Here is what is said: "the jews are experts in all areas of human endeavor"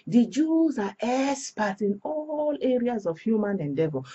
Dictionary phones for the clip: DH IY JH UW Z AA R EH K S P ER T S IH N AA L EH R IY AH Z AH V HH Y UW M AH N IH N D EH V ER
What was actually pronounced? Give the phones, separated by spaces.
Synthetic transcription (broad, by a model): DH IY JH UW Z AA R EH S P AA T IH N AA L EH R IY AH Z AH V HH Y UW M AH N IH N D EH V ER